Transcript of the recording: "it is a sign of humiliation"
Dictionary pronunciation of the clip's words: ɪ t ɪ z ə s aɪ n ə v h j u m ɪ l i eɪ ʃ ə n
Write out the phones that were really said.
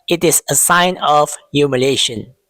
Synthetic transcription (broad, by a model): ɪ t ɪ s ə s aɪ n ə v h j u m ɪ l eɪ ʃ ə n